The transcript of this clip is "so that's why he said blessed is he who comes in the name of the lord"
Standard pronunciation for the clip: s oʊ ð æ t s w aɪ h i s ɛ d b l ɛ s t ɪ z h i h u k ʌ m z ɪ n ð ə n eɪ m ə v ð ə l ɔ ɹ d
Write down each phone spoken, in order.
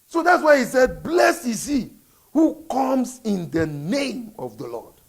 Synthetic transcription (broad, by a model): s oʊ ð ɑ t s w aɪ h i s ɛ d b l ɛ s ɪ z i h u k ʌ m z ɪ n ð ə n eɪ m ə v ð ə l ɔ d